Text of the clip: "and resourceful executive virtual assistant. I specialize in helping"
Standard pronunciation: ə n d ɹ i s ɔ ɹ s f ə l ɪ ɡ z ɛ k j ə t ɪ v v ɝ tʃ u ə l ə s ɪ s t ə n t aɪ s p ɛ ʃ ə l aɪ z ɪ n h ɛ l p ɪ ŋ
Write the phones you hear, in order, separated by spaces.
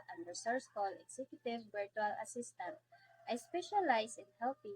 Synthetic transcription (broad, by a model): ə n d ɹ s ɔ ɹ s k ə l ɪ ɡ s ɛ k j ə t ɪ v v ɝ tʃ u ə l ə s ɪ s t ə n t aɪ s p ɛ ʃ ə l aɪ s ɪ n h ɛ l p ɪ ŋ